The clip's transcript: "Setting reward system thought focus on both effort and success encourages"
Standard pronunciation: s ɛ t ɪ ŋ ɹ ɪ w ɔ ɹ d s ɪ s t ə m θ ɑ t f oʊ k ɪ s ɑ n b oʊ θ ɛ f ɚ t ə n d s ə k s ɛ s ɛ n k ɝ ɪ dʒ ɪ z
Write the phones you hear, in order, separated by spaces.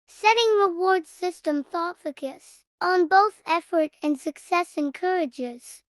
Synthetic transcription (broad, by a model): s ɛ t ɪ ŋ ɹ ɪ w ɔ ɹ d s ɪ s t ə m θ ɑ t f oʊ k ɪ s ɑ n b oʊ θ ɛ f ɚ t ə n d s ə k s ɛ s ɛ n k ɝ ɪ dʒ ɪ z